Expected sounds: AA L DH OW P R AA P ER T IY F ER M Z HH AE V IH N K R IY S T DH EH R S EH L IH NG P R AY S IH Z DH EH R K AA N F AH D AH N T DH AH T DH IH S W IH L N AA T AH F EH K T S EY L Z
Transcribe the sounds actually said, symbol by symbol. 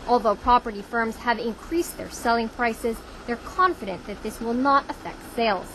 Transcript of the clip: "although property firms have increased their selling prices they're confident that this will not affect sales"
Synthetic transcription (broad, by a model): AA L DH OW P R AA P ER T IY F ER M Z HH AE V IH N K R IY S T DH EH R S EH L IH NG P R AY S IH Z DH EH R K AA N F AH D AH N DH AH T DH IH S W IH L N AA T AH F EH K T S EY L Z